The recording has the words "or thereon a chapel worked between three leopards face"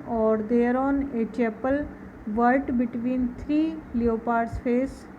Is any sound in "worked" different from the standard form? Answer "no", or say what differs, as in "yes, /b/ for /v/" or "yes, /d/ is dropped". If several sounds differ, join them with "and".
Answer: yes, /k/ is dropped